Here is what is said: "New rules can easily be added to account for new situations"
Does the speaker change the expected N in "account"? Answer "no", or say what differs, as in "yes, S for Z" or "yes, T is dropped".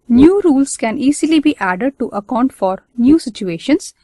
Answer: no